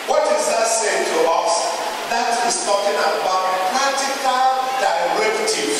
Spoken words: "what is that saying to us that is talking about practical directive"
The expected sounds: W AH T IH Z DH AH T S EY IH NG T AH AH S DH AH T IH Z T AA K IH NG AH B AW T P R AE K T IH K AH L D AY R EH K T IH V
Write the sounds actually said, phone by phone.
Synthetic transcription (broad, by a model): W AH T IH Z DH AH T S EY IH NG T AH AH S DH AH T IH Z T AA K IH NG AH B AW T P AE T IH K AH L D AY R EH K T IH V